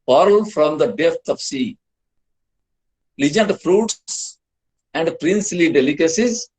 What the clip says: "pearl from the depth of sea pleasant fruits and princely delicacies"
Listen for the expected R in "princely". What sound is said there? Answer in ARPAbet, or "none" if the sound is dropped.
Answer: R